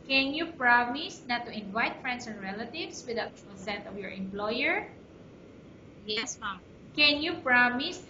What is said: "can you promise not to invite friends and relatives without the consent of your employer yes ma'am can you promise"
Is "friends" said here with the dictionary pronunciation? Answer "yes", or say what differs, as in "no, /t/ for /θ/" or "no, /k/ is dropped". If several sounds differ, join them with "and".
no, /s/ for /z/